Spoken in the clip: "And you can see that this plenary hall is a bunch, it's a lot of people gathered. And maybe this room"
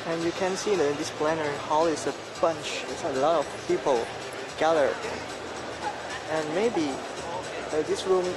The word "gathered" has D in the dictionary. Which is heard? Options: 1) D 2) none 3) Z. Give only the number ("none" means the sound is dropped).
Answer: 2